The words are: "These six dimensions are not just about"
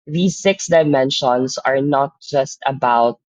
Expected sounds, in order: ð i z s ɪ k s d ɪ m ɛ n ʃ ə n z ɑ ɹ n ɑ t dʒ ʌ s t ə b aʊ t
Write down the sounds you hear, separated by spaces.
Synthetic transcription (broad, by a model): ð i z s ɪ k s d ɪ m ɛ n ʃ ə n s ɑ ɹ n ɑ t dʒ ʌ s t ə b aʊ t